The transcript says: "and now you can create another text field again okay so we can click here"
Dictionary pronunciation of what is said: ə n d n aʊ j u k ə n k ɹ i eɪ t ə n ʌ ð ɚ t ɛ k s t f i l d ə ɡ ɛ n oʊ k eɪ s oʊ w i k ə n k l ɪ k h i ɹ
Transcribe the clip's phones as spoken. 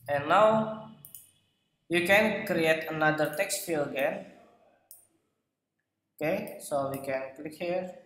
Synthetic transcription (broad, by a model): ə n n aʊ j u k ə n k ɹ i eɪ t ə n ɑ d ɚ t ɛ k s t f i l ə ɡ ɛ n oʊ k eɪ s oʊ w i k ə n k l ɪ k h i ɹ